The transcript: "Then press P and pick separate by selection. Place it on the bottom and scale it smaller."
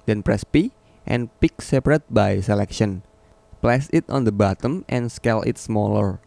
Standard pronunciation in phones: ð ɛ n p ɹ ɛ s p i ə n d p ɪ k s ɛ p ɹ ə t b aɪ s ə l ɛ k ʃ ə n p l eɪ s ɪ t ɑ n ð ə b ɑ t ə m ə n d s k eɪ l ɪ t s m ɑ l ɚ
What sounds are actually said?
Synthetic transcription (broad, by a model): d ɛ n p ɹ ɛ s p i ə n p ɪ k s ɛ p ɹ ə t b aɪ s ə l ɛ k ʃ ə n p l eɪ s ɪ t ɑ n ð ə b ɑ t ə m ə n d s k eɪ l ɪ t s m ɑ l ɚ